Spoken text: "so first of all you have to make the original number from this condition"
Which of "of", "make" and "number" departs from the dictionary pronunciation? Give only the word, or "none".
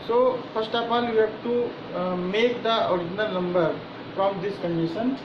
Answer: of